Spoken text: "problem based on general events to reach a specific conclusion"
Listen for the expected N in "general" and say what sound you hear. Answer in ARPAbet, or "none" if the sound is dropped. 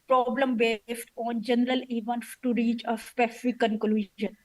N